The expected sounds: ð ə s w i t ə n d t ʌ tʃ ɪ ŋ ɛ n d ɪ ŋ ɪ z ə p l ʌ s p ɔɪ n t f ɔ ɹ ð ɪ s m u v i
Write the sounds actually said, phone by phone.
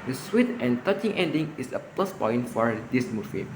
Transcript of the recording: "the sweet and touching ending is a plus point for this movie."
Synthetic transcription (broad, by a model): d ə s w i t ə n t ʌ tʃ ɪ ŋ ɛ n d ɪ ŋ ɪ s ə p l ʌ s p ɔɪ n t f ɔ ɹ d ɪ s m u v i